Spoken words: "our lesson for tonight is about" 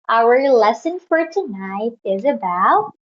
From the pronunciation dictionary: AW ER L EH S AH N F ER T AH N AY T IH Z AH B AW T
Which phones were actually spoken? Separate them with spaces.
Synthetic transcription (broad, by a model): AW ER L EH S AH N F ER T AH N AY T IH Z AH B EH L